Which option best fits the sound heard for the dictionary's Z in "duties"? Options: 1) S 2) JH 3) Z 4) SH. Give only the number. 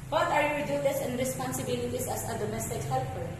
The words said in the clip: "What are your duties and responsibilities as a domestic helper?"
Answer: 1